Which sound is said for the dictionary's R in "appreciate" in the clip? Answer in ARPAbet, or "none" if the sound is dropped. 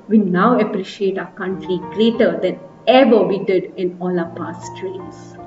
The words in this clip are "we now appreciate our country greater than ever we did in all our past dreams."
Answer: R